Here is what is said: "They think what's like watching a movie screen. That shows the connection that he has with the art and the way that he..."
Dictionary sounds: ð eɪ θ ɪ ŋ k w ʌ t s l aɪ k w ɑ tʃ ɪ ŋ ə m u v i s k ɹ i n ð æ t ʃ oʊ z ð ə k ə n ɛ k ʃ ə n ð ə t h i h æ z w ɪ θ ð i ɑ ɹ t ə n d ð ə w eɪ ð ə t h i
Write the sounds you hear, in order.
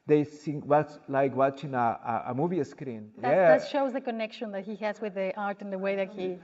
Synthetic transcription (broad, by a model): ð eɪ s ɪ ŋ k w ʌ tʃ l aɪ k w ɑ tʃ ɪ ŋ ə m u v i s k ɹ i n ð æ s ʃ oʊ z ð ə k ə n ɛ k ʃ ə n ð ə t h i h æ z w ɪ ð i ɑ ɹ t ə n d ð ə w eɪ ð ə t h i